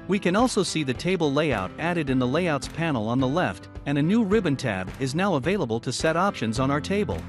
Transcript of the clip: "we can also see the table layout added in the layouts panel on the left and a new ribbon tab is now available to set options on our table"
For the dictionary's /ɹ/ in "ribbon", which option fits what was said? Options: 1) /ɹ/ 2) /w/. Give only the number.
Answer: 1